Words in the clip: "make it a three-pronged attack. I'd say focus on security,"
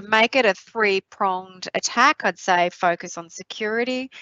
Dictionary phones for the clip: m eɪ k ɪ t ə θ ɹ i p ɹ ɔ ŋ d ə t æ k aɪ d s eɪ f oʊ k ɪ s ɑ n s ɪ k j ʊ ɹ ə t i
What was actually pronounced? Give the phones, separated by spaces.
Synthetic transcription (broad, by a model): m eɪ k ɪ t ə θ ɹ i p ɹ ɔ ŋ d ə t æ k aɪ d s eɪ f oʊ k ɪ s n s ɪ k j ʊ ɹ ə t i